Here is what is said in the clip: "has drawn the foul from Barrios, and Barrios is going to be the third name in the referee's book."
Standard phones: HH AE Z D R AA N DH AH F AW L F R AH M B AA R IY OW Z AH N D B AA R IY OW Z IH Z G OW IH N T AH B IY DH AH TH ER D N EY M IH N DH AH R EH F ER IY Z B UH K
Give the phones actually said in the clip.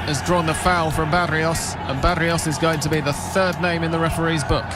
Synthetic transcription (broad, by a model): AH Z D R AA N DH AH F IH L F R AH M B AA R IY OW S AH N B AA R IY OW S IH Z G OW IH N T AH B IY DH AH TH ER D N EY M IH N DH AH R EH F ER IY Z B UH K